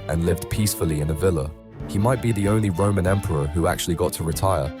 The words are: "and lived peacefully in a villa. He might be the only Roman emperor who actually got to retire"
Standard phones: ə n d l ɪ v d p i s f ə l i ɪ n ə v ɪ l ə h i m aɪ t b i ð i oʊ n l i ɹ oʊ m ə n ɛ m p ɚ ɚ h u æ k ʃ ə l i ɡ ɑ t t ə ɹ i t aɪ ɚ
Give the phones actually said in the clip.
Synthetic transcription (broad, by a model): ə n l ɪ v d p i s f ə l i ɪ n ə v ɪ l ə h i m aɪ t b i ð i oʊ n l i ɹ oʊ m ə n ɛ m p ɚ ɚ h u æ k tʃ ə l i ɡ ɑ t t ə ɹ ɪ t aɪ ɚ